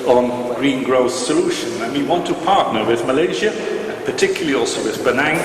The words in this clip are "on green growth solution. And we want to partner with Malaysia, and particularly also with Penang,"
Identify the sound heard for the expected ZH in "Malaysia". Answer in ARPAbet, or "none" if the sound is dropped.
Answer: ZH